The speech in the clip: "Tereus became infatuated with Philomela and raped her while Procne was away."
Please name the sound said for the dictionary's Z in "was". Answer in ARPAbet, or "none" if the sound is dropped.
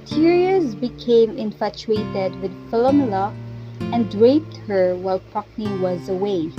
Z